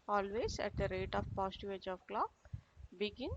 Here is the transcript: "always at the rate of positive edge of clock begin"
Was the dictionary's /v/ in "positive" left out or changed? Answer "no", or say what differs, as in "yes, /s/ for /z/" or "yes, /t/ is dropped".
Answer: yes, /v/ is dropped